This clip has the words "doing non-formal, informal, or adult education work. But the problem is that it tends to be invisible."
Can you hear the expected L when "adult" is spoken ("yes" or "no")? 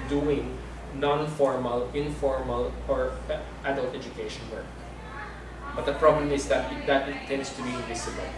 yes